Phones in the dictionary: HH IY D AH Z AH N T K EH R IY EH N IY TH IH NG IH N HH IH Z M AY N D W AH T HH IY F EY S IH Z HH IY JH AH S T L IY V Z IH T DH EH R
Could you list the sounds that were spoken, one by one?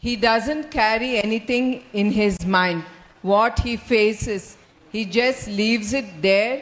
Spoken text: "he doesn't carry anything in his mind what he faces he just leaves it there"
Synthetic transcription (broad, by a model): HH IY D AH Z AH N T K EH R IY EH N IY T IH NG IH N HH IH Z M AY N D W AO T HH IY F EY S IH Z HH IY JH AH S T L IY V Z IH T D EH R